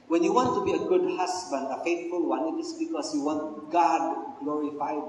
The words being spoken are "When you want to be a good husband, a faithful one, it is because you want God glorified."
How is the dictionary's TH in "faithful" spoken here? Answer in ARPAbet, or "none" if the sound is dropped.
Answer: T